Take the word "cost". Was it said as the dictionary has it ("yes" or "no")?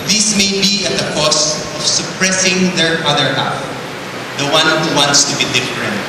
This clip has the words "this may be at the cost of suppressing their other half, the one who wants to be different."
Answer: no